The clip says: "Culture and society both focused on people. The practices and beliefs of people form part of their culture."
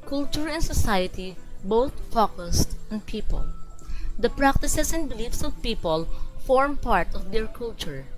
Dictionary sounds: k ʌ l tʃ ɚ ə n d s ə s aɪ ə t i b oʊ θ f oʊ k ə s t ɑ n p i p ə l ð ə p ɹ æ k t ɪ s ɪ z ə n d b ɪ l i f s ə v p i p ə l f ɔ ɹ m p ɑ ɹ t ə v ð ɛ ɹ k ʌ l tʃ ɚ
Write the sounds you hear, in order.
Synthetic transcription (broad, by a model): k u l tʃ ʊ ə n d s ə s aɪ ə t i b oʊ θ f oʊ k ə s t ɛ n p i p ə l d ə p ɹ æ k t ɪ s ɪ s ə n d b ɪ l i f s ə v p i p ə l f ɔ ɹ m p ɑ ɹ t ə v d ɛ ɹ k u l tʃ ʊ